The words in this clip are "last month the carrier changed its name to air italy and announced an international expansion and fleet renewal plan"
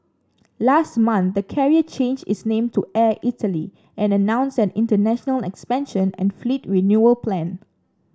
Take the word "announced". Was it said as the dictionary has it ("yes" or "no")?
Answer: no